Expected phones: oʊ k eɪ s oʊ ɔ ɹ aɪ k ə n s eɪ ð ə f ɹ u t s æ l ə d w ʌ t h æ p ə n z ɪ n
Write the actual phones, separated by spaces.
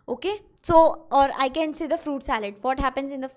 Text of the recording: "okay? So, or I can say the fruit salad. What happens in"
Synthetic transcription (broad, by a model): oʊ k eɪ s oʊ ɔ ɹ aɪ k ə n s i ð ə f ɹ u t s æ l ə d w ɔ t h æ p ə n z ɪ n